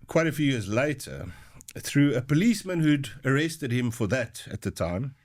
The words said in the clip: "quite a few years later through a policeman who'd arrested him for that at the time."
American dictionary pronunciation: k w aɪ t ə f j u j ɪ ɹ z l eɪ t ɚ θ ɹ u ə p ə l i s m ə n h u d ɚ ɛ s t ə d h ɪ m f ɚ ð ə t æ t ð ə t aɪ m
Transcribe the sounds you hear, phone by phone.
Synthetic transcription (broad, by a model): k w aɪ t ə f j u j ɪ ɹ z l eɪ t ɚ θ ɹ u ə p ə l i s m ə n h u d ɚ ɛ s t ə d h ɪ m f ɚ ð ə t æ t ð ə t aɪ m